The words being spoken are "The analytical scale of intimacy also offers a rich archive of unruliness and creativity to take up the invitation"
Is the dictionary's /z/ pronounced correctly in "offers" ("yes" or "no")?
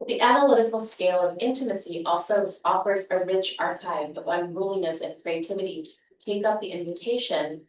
yes